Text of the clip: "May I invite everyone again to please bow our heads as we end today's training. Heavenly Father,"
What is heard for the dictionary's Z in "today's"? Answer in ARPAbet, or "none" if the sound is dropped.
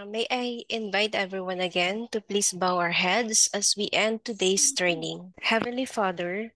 S